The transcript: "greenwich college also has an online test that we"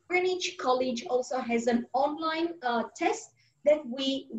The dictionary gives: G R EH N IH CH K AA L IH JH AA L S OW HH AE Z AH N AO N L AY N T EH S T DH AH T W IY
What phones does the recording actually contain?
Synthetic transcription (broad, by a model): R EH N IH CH K AA L IH JH AA L S OW HH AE Z AH N AO N L AY N T EH S T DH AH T W IY